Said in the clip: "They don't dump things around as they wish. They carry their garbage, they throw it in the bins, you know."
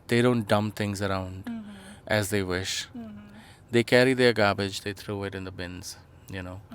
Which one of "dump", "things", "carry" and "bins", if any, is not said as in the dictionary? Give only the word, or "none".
things